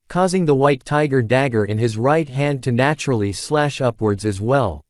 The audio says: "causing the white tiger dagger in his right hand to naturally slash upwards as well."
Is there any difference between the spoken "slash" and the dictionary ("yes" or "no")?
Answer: no